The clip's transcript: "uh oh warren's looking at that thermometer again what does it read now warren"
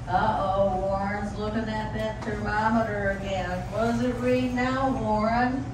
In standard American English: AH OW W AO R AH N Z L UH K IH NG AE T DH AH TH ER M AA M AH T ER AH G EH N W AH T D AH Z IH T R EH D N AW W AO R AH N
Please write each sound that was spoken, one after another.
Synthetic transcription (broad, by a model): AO OW W AO R AH N Z L UH K IH NG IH T DH AH T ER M AA M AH T ER AH G EH N W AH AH Z IH T R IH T N AW W AO R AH N